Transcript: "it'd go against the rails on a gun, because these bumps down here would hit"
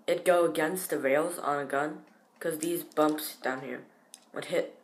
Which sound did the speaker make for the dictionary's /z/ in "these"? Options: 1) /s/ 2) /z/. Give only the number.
2